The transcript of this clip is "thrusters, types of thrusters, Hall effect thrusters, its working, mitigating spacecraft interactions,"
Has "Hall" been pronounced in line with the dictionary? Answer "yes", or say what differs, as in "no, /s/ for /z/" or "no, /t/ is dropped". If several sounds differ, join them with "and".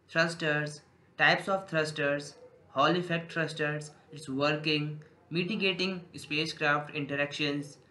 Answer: yes